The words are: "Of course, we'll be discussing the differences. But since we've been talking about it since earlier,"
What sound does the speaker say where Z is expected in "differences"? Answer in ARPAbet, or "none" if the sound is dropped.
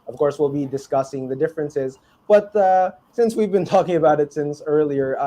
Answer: Z